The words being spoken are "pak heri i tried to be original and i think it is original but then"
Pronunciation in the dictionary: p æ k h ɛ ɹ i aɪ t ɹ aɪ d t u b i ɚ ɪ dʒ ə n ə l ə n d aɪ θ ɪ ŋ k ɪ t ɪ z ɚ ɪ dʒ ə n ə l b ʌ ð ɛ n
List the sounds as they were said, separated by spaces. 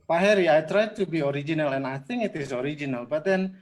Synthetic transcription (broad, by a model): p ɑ h ɛ ɹ i aɪ t ɹ aɪ d t u b i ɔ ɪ dʒ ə n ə l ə n aɪ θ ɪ ŋ ɪ t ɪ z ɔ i dʒ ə n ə l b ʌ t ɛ n